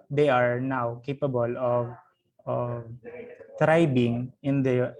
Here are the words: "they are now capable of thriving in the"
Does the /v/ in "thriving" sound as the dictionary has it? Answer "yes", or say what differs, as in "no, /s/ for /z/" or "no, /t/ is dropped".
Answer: no, /b/ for /v/